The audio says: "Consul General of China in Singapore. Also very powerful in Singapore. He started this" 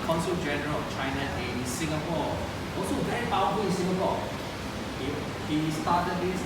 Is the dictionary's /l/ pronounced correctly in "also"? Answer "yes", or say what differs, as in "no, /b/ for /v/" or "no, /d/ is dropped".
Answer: no, /l/ is dropped